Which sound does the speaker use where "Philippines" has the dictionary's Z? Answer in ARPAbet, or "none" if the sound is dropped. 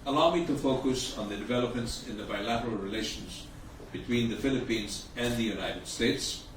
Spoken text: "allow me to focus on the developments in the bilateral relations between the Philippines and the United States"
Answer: Z